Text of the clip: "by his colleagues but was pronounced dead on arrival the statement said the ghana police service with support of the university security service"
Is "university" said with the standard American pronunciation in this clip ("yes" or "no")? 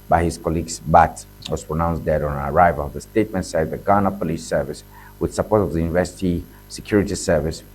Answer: yes